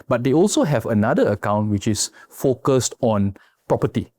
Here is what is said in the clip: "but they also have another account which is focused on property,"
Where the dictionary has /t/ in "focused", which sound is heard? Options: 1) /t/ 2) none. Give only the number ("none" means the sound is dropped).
1